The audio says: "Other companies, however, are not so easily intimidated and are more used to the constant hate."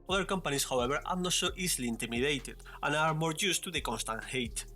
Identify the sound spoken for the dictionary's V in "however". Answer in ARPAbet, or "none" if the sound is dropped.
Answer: B